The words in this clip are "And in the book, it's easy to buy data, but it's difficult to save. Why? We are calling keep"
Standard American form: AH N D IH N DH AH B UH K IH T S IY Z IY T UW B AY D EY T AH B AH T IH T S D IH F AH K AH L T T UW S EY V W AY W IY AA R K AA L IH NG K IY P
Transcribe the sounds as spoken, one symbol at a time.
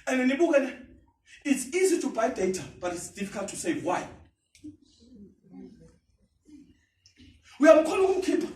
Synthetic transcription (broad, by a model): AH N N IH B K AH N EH IH T S IY Z IY T UW B AY D EY T AH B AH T IH T S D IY F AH K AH L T T UW S EY V W AY W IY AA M K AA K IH K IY P